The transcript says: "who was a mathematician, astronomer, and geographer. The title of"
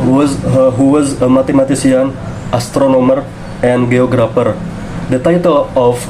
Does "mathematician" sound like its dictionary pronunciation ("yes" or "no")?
no